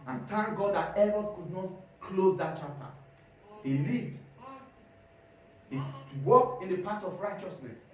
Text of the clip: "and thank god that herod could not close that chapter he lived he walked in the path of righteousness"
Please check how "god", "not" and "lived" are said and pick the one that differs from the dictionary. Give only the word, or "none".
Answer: lived